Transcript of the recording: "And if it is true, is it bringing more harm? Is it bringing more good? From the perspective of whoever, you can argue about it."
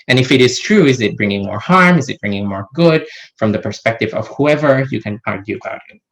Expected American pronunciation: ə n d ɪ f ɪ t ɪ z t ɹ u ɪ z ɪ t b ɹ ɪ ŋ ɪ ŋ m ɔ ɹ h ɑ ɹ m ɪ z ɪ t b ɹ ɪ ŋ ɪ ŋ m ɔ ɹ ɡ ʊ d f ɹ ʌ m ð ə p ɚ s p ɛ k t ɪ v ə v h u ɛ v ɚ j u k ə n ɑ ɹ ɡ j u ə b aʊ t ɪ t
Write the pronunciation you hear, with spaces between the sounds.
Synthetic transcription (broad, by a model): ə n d ɪ f ɪ t ɪ z t ɹ u ɪ z ɪ t b ɹ ɪ ŋ ɪ ŋ m ɔ ɹ h ɑ ɹ m ɪ z ɪ t b ɹ ɪ ŋ ɪ ŋ m ɔ ɹ ɡ ʊ d f ɹ ʌ m ð ə p ɚ s p ɛ k t ɪ v ə v h u ɛ v ɚ j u k ə n ɑ ɹ ɡ j u ə b aʊ t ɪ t